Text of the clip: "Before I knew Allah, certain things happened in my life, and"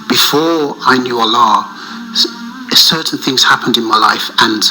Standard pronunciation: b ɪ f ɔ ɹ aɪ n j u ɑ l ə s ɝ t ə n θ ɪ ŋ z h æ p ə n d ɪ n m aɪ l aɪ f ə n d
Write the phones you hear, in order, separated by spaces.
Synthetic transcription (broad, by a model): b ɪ f ɔ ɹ aɪ n j u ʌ l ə s ɝ t n θ ɪ ŋ z h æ p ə n d ɪ n m aɪ l aɪ f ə n